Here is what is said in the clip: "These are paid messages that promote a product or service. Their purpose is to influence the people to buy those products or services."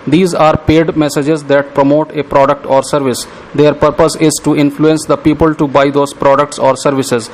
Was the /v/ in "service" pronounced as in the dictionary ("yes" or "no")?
yes